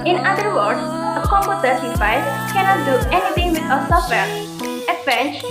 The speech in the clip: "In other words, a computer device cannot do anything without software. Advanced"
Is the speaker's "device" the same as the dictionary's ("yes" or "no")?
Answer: no